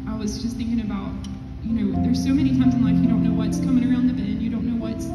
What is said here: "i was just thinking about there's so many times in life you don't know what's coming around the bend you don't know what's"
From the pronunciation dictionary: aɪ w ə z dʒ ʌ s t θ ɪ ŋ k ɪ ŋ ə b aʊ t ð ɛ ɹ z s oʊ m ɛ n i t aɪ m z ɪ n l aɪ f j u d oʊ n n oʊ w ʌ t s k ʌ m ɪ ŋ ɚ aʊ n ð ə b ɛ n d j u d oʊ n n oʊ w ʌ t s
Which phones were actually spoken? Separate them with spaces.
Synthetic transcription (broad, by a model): aɪ w ə z dʒ ʌ s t θ ɪ ŋ k ɪ ŋ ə b aʊ t ð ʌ ɹ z s oʊ m ɛ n i t aɪ m z ɪ n l aɪ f j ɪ d oʊ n n oʊ w ʌ t s k ʌ m ɪ ŋ ɚ aʊ n ð ə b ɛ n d j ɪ d oʊ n n oʊ w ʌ t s